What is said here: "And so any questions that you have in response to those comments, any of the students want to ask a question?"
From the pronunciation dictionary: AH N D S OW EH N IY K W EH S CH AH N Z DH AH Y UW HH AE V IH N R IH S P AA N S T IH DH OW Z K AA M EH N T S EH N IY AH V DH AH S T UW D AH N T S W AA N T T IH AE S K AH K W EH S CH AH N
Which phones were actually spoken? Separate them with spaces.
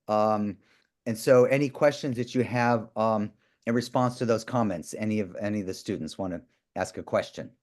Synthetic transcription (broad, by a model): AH N S OW EH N IY K W EH S CH AH N Z DH AH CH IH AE V IH N R IH S P AA N S T IH DH OW Z K AA M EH N T S EH N IY AH V DH AH S T UW D N T S W AA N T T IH AE S K AH K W EH S CH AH N